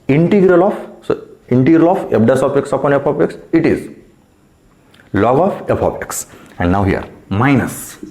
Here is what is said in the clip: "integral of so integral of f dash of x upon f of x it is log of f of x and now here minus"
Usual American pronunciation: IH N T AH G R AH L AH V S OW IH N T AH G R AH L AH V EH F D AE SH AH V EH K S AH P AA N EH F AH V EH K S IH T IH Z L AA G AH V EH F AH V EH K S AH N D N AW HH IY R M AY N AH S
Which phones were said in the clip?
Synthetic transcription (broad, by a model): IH N T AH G R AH L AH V S OW IH N T AH G R AH L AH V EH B D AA S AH P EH K S AH P AA N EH P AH P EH K S IH T IH Z L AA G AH F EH P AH P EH K S AH N D N AW HH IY R M AY N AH S